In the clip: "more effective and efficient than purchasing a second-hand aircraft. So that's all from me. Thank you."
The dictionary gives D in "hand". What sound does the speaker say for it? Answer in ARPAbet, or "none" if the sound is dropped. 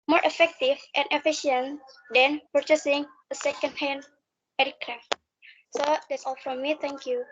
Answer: none